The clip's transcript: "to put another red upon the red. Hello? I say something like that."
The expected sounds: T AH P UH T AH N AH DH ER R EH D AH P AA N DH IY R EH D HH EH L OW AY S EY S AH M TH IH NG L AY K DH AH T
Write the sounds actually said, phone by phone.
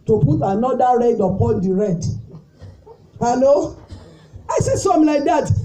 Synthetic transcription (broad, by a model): T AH P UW T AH N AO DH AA R EH D AH P AA N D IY R EH D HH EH N OW AY S EY S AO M L AY K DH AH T